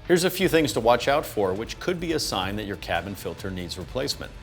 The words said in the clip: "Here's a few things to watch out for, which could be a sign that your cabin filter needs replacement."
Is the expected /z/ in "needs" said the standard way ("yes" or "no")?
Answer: yes